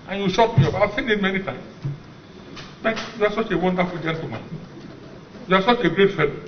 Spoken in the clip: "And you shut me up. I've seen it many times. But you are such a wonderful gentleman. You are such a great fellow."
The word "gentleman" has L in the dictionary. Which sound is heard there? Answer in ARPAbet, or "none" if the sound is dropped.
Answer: none